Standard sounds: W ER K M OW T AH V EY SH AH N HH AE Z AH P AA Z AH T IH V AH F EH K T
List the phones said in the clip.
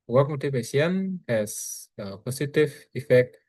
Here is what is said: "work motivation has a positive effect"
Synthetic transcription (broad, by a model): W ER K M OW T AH P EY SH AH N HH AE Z AH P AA S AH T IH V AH F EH K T